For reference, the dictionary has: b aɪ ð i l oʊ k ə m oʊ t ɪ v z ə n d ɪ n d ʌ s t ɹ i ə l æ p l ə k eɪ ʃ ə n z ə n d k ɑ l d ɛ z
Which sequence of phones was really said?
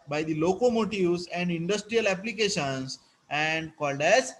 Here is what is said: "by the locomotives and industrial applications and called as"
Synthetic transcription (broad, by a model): b aɪ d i l oʊ k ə m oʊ t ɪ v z ə n d ɪ n d ʌ s t ɹ i ə l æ p l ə k eɪ ʃ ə n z ə n d k ɑ l d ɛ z